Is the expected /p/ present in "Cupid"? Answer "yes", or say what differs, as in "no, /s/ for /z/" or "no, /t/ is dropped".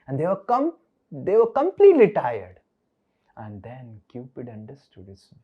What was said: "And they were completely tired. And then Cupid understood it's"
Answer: yes